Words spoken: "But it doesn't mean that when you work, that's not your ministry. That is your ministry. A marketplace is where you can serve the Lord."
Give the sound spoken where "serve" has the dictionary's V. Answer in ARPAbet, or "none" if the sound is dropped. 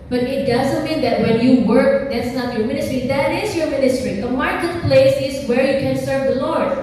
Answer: V